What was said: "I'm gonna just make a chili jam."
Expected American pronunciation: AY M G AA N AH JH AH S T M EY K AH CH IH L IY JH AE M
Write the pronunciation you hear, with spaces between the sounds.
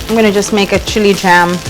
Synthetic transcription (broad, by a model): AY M G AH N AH JH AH S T M EY K AH CH IH L IY JH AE M